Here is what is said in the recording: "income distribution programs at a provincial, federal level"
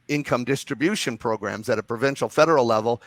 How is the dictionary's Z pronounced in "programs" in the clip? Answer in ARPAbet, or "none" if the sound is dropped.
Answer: Z